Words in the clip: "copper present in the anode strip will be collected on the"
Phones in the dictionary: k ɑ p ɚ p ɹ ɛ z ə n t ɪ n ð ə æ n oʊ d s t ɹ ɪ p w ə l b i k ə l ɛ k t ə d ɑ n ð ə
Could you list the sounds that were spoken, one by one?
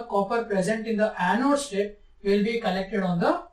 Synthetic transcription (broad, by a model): k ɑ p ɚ p ɹ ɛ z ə n t ɪ n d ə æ n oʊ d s t ɛ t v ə l b i k ə l ɛ k t ə d ɑ n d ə